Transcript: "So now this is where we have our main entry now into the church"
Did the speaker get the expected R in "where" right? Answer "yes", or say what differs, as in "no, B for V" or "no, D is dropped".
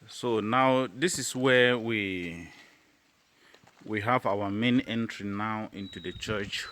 no, W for R